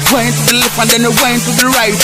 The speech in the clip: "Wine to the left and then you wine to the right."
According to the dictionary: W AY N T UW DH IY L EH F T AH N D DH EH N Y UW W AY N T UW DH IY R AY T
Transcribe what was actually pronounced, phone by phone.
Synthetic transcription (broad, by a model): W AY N T UW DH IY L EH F AH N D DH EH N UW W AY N T UW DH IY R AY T